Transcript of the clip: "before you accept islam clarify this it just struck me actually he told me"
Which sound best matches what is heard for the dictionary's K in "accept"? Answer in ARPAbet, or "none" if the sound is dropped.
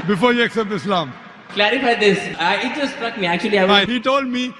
K